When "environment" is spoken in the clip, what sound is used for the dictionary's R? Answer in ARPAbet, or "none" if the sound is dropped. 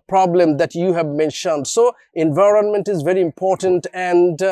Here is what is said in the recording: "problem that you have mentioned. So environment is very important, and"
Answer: R